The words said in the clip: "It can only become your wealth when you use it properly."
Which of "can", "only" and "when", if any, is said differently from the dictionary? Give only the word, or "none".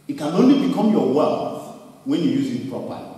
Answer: none